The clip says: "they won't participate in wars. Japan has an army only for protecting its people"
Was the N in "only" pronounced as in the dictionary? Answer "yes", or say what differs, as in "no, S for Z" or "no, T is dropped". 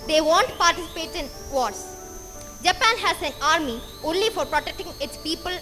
yes